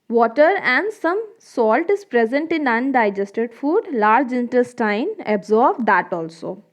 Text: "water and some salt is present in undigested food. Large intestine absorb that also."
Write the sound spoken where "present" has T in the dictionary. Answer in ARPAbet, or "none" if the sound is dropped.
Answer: T